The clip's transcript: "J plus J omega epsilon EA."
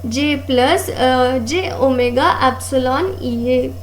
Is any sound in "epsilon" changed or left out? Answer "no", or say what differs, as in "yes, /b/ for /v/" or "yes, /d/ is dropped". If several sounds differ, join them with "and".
no